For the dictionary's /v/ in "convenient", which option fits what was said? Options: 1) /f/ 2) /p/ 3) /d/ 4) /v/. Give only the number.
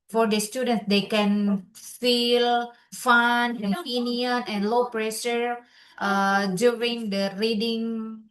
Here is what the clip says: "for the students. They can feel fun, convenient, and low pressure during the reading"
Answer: 2